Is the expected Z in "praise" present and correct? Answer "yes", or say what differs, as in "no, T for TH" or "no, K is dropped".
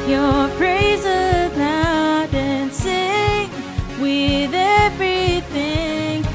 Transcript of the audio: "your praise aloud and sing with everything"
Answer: yes